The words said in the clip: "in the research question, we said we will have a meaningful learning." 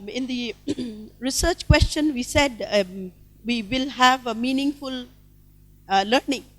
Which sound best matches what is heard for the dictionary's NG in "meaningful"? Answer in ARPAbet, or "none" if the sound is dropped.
NG